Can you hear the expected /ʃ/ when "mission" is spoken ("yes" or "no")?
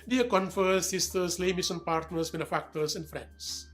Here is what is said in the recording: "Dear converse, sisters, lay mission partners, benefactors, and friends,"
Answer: no